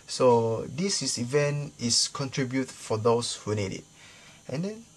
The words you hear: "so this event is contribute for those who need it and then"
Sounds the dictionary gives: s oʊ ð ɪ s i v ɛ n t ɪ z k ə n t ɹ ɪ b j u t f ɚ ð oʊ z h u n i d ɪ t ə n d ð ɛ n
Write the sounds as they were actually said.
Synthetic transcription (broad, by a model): s oʊ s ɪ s i v ɛ n t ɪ s k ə n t ɹ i b j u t f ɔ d oʊ s h u n i d ɪ t ə n d ɛ n